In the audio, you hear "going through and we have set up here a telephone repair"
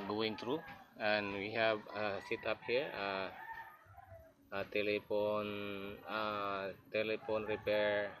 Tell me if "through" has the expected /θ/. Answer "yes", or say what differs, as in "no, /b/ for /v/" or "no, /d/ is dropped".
no, /t/ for /θ/